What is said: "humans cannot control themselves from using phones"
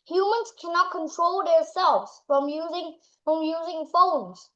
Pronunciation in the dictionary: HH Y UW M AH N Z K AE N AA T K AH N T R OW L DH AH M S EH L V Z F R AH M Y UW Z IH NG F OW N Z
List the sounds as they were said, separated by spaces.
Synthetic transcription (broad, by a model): HH Y UW M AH N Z K AE N AA T K AH N T R OW L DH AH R S EH L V Z F R AH M Y UW Z IH NG F OW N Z